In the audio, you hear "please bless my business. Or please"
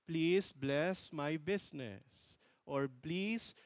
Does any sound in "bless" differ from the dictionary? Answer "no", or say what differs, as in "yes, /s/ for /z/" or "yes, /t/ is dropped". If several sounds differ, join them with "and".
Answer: no